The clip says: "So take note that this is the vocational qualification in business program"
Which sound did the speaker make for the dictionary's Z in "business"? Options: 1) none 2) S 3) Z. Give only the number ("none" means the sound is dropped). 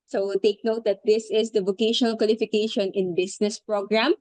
2